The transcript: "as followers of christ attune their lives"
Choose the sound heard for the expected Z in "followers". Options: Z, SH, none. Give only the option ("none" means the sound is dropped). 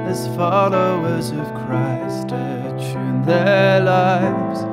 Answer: Z